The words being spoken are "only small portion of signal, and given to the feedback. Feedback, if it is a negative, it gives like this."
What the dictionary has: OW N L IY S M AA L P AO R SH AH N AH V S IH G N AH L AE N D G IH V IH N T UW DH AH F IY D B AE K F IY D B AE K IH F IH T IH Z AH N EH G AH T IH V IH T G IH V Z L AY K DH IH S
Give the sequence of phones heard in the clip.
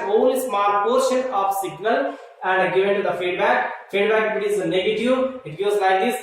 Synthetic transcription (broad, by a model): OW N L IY S M AA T P AO R SH AH N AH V S IH G N AH L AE N D G IH V IH N T UW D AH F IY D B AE K F IY D B AE K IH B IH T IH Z AH N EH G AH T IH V IH T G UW Z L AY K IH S